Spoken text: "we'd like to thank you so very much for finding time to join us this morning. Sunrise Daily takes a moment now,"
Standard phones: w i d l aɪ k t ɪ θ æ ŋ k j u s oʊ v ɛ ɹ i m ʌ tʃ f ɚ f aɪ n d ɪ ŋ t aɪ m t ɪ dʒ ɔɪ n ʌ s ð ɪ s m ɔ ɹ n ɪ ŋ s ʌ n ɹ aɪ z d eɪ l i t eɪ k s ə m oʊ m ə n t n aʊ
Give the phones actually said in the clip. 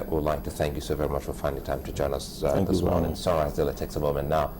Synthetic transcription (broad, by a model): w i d l aɪ k t ɪ θ æ ŋ k j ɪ s oʊ v ɛ ɹ i m ʌ tʃ f ɚ f aɪ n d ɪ t aɪ m t ɪ dʒ ɔɪ n ʌ s ð ɪ s m ɔ ɹ n ɪ ŋ s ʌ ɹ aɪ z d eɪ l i t eɪ k s ə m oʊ m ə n n aʊ